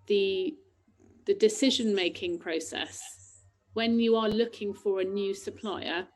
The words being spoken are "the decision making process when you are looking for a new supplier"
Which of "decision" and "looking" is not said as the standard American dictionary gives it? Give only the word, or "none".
none